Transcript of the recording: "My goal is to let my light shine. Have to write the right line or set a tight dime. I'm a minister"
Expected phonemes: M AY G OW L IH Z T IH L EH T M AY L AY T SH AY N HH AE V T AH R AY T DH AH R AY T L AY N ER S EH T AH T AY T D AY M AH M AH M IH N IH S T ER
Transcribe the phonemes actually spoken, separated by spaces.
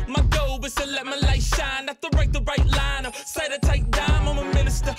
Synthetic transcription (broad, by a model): M AY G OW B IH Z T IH L EH T M AY L AY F SH AY N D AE F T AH R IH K DH AH R AY T L AY N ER S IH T AH T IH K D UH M AH M AH M IH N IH S T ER